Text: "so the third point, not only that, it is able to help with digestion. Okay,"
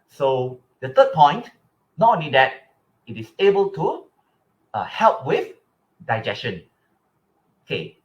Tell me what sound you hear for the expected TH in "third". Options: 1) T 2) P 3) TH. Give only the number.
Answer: 1